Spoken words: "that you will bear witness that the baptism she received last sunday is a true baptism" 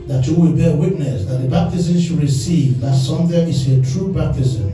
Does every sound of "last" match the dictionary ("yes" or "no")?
no